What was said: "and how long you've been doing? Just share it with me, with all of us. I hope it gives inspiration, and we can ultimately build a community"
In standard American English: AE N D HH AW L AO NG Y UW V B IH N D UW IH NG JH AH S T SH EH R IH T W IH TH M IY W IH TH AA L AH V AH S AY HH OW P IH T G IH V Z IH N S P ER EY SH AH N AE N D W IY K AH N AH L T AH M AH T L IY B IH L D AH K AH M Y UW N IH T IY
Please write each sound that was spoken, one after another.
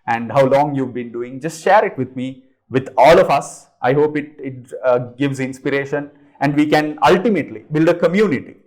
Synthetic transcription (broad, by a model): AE N D HH AW L AO NG Y UW V B IH N D UW IH NG JH AH S T SH EH R IH T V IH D M IY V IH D AA L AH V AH S AY HH OW P IH T G IH V Z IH N S P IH EY SH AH N AE N D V IY K AH N AH L T AH M AH T L IY B IH L D AH K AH M Y UW N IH T IY